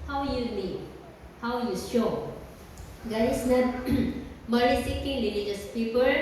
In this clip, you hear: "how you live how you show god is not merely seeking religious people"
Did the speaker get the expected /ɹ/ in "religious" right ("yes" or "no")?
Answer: no